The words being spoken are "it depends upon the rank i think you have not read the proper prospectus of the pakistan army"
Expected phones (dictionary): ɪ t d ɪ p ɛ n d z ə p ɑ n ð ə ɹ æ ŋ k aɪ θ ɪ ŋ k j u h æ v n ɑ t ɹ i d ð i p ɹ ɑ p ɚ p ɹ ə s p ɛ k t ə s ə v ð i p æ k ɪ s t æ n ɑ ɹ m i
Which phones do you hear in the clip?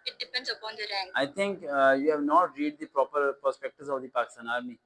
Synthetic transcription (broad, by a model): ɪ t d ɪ p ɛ n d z ə p ɑ n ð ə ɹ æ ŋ aɪ t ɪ ŋ k j u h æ v n ɑ t ɹ i d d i p ɹ ɑ p ɚ p ɹ s p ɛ k t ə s ə v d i p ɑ k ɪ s t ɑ n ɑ ɹ m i